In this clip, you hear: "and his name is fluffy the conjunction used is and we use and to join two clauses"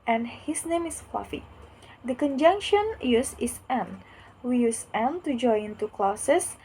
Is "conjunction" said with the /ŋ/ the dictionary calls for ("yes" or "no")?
yes